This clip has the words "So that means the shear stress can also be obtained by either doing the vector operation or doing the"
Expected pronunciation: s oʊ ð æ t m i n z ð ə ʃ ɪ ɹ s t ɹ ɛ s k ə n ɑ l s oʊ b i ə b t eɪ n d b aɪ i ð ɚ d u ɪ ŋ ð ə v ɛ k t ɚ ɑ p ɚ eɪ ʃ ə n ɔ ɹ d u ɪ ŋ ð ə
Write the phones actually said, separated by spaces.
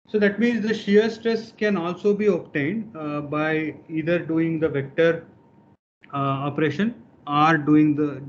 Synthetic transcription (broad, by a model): s oʊ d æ t m i n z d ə ʃ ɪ ɹ s t ɹ ɛ s k ə n ɑ l s oʊ b i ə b t eɪ n d b aɪ i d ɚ d u ɪ ŋ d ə v ɛ k t ɚ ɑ p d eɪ ʃ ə n ɔ ɹ d u ɪ ŋ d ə